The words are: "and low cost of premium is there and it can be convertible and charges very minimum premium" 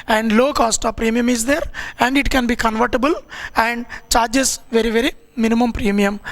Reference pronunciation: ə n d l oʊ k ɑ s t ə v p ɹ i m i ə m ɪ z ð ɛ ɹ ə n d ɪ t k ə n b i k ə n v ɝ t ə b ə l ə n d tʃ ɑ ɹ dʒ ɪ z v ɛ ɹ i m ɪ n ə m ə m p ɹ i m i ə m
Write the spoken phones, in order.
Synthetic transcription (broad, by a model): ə n d l oʊ k ɑ s t ə v p ɹ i m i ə m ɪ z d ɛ ɹ ə n d ɪ t k ə n b i k ə n v ɝ t ə b ə l ə n d tʃ ɑ ɹ dʒ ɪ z v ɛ ɹ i m ɪ n ə m ə m p ɹ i m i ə m